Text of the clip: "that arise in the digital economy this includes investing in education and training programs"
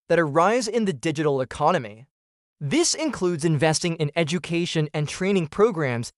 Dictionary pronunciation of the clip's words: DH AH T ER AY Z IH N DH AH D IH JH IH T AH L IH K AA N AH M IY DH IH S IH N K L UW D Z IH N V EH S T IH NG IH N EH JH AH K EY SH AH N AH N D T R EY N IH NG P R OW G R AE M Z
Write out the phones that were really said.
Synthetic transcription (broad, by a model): DH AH T ER AY Z IH N DH AH D IH JH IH T L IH K AA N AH M IY DH IH S IH N K L UW D Z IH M V EH S T IH NG IH N EH JH AH K EY SH AH N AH N T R EY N IH NG P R OW G R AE M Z